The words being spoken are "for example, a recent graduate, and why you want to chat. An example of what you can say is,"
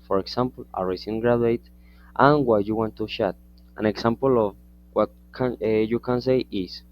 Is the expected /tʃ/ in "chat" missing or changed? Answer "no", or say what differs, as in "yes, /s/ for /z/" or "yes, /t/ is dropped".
yes, /ʃ/ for /tʃ/